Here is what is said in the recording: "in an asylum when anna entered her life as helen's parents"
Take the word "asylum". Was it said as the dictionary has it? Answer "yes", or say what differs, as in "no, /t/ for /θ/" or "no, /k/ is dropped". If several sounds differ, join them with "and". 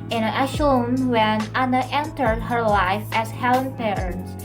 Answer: no, /s/ is dropped